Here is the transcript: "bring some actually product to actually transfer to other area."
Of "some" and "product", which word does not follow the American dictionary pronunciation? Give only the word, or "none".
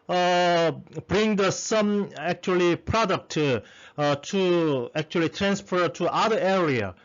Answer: none